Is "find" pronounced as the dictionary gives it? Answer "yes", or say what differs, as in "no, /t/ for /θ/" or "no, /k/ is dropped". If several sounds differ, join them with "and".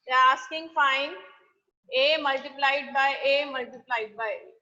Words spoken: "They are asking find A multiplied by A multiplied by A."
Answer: no, /d/ is dropped